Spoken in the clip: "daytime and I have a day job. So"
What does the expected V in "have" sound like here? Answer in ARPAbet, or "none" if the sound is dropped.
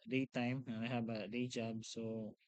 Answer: B